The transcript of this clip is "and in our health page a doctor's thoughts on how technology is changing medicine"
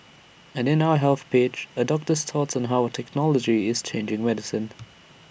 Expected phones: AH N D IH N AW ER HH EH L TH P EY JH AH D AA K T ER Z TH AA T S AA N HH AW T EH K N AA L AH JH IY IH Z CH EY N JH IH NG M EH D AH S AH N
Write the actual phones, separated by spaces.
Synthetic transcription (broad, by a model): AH N IH N AW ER HH EH L TH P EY CH AH D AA K T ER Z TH AA T S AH N HH AW T EH K N AA L AH JH IY IH Z CH EY N JH IH NG M EH D AH S AH N